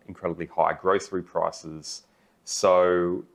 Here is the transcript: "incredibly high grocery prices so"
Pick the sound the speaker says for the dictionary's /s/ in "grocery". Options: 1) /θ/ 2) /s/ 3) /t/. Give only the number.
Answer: 1